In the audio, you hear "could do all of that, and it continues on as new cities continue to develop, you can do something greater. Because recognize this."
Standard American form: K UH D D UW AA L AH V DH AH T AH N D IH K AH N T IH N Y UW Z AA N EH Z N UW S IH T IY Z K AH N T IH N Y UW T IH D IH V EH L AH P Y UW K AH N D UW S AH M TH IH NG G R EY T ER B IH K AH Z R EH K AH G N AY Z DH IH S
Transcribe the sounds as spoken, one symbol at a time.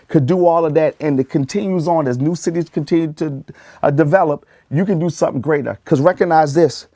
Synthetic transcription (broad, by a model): K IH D D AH AA L AH V DH AH T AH N IH K AH N T IH N Y UW Z N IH Z N UW S IH T IY Z K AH N T IH N Y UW T IH D IH V EH L AH P Y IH K AH N D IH S AH M TH IH NG G R EY T ER K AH Z R EH K AH G N AY Z DH IH S